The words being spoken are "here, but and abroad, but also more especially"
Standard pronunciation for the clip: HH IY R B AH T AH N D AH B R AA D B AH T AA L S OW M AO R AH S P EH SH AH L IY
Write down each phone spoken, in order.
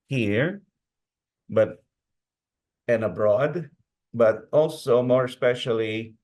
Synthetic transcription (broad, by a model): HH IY R B AH T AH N AH B R AA D B AH T AA L S OW M AO R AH S P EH SH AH L IY